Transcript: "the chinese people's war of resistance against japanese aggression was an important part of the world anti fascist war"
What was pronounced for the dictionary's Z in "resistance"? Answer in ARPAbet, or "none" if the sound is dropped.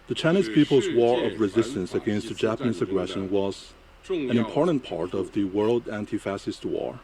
Z